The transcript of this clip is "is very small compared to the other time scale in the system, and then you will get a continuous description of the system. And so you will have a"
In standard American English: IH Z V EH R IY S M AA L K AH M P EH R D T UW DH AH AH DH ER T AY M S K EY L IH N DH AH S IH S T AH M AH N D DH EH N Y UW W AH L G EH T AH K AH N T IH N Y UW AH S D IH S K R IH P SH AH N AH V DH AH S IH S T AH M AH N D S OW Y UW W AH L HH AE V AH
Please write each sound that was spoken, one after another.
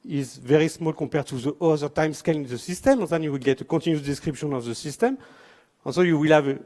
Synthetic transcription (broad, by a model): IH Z V EH R IY S M AA L K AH P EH R T UW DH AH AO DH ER T AY M S K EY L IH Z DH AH S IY S T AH M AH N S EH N Y UW W AH L G EH T AH K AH T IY N Y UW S D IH S K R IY P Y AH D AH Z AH S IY S T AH M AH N S OW Y UW W AH L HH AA V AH